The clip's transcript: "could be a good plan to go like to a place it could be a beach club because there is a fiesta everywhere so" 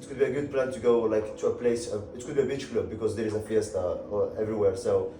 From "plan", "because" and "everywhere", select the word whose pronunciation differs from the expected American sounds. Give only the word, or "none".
none